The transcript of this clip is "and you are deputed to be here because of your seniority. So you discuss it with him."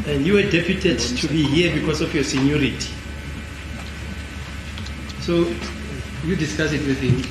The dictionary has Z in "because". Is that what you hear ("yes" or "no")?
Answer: no